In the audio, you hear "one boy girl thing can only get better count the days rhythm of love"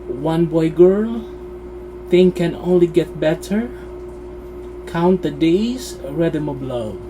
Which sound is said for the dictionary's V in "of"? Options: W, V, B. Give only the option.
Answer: B